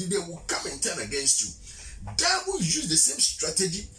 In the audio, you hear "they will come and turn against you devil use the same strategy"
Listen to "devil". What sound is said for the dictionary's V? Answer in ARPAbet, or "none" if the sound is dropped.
W